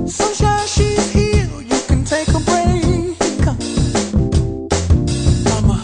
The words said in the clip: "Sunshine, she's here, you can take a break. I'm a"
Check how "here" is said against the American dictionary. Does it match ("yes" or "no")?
no